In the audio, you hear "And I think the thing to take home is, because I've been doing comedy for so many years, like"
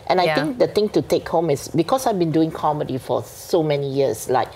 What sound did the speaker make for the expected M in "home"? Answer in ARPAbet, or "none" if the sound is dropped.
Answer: M